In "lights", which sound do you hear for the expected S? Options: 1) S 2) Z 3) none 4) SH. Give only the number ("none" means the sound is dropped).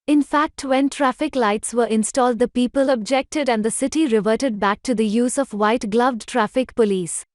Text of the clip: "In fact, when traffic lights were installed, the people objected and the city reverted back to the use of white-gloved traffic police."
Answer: 1